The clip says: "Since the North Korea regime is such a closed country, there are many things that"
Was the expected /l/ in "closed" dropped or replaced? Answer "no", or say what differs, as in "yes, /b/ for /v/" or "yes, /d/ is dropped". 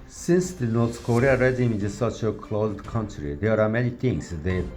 no